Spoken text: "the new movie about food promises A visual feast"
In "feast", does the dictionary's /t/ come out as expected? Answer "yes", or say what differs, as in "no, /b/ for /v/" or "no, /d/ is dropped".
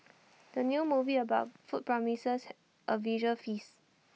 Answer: no, /t/ is dropped